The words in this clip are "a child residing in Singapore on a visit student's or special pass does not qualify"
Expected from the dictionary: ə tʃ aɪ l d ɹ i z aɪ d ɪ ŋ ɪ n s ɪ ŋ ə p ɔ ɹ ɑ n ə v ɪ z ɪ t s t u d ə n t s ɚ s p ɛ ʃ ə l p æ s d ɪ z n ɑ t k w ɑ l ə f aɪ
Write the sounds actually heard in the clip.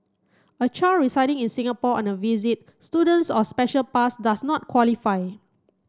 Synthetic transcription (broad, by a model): ə tʃ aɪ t ɹ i s aɪ d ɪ ŋ ɪ n s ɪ ŋ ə p ɔ ɑ n ə v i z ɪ t s t u d ə n t s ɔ s p ɛ ʃ ə l p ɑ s d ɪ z n ɑ t k w ɑ l ə f aɪ